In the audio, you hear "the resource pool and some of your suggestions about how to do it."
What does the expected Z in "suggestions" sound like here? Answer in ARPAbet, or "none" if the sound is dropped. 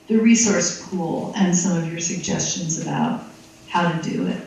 Z